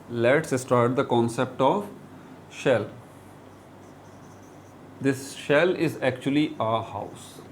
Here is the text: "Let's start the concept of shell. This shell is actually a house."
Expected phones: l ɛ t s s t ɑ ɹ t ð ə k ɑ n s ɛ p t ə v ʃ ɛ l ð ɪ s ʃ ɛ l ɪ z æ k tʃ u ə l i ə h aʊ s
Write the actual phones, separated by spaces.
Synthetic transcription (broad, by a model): l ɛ t s s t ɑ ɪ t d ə k ɑ n s ɛ p t ə v ʃ ɛ l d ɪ s ʃ ɛ l ɪ z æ k tʃ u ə l i ə h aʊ s